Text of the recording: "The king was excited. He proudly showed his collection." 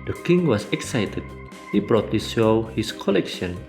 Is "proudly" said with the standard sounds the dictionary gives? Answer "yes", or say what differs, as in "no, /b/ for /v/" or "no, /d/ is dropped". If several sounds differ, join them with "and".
no, /b/ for /p/